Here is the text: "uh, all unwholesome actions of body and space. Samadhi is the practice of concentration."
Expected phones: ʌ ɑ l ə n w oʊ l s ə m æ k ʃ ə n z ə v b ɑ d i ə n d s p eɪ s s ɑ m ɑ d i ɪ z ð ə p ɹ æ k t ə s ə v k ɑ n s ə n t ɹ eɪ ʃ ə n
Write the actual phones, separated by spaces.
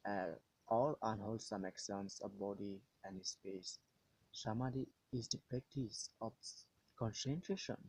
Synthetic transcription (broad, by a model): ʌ ɑ l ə n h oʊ l s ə m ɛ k s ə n s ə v b ɑ d i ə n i s p eɪ s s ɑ m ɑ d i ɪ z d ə p ɹ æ k t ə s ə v k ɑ n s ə n t ɹ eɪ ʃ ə n